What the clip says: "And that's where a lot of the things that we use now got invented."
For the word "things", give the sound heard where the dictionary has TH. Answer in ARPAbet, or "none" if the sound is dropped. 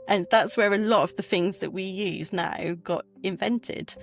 TH